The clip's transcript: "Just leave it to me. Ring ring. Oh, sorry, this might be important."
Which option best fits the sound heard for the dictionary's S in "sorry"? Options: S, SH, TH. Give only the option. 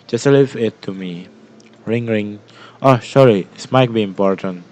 SH